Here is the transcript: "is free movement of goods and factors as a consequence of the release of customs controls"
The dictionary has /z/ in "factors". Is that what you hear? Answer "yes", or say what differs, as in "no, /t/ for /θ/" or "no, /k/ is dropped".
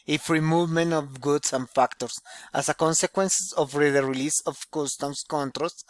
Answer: no, /s/ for /z/